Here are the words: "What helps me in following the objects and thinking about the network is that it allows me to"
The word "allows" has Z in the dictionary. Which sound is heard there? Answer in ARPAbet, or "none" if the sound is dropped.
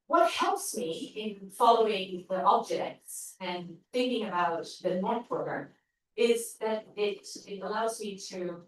Z